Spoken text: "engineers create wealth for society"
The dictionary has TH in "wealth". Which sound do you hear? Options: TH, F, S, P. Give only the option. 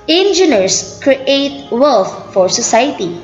F